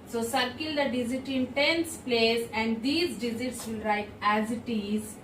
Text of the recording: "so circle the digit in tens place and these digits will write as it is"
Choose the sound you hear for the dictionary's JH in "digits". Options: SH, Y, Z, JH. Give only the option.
Z